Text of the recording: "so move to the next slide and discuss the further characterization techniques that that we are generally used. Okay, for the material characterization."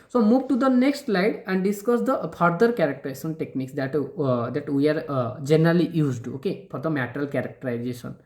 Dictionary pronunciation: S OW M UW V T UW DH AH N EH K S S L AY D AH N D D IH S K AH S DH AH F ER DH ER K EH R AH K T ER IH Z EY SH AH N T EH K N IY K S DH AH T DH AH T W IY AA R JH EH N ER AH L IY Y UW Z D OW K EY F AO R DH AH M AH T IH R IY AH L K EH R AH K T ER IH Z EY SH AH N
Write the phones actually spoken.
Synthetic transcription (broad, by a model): S OW M UW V T UW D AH N EH K S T L AY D AH N D D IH S K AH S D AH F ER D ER K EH R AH K T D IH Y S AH N T EH K N IY K S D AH T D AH T W IY AA R JH EH N ER AH L IY Y UW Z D OW K EY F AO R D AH M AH T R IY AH L K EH R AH K T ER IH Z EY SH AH N